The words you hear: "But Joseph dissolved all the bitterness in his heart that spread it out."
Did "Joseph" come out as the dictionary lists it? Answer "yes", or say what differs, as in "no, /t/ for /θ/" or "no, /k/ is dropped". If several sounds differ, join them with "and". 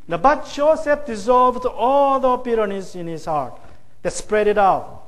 no, /tʃ/ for /dʒ/ and /p/ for /f/